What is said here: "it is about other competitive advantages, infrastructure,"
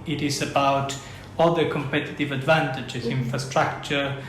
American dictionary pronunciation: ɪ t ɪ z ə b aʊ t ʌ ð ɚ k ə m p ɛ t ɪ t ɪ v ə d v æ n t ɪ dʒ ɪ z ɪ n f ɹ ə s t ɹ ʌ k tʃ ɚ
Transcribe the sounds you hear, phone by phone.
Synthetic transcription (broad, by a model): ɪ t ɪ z ə b aʊ t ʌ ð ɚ k ə m p ɛ t ɪ t ɪ v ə d v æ n t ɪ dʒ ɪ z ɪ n f ɹ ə s t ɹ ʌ k tʃ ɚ